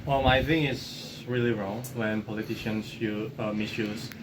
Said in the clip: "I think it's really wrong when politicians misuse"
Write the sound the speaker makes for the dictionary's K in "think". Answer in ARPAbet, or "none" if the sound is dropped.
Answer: none